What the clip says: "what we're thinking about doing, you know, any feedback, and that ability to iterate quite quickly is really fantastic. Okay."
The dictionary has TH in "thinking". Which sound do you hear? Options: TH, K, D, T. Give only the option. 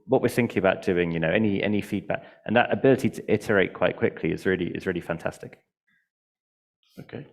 TH